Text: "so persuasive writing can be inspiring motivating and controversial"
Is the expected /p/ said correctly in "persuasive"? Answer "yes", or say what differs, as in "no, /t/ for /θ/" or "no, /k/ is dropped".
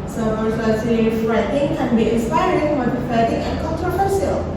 no, /f/ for /p/